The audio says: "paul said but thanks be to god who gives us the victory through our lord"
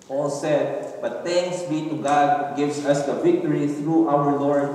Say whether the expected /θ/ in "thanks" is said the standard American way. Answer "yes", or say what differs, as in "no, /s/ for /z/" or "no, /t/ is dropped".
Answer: no, /t/ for /θ/